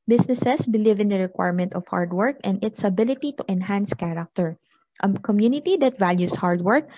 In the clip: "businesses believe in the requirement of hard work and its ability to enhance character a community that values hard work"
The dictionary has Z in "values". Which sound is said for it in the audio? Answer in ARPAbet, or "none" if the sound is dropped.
S